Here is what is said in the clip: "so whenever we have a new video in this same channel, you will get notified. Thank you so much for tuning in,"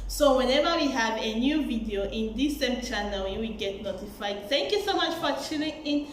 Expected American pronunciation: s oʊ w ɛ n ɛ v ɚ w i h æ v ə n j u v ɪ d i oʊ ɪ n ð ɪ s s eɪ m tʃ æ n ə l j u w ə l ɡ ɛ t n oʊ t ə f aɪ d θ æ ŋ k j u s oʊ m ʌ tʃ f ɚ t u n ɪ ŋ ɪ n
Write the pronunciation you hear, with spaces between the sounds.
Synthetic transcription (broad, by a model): s oʊ w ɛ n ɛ v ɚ w i h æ v ə n j u v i d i oʊ ɪ n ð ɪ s s eɪ m tʃ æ n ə l j u w ə l ɡ ɛ t n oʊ t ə f aɪ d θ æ ŋ k j u s oʊ m ʌ tʃ f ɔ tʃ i l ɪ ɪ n